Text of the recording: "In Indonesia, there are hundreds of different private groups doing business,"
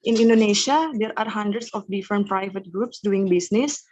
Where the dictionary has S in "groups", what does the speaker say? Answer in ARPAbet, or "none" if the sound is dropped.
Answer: S